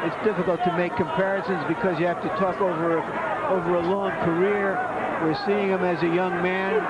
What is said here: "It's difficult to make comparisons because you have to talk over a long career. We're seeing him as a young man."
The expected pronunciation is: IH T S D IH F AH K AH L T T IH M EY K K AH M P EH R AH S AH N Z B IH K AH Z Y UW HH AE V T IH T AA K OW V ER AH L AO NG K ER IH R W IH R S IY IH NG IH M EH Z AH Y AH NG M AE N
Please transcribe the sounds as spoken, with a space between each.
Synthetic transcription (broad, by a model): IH T S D IH F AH K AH L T T IH M EY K K AH M P EH R AH S AH N Z B IH K AH Z Y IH HH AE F T IH T AA K OW V ER AH L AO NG K ER IH R W IH R S IY IH NG IH M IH Z AH Y AH NG M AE N